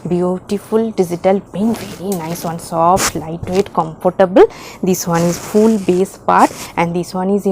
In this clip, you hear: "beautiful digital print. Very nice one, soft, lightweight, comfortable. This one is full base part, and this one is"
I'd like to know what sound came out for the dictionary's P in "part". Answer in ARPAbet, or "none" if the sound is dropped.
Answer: P